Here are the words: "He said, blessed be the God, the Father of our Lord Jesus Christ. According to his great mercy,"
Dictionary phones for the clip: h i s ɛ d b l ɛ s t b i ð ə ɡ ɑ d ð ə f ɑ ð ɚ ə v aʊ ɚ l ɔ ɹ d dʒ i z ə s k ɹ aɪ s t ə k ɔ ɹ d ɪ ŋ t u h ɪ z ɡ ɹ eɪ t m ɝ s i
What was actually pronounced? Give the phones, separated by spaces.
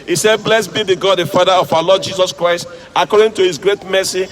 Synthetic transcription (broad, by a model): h i s ɛ d b l ɛ s b i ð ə ɡ ɑ d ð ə f ɑ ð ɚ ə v aʊ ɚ l ɔ d dʒ i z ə s k ɹ aɪ s t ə k ɔ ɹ d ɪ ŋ t u h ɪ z ɡ ɹ eɪ t m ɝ s i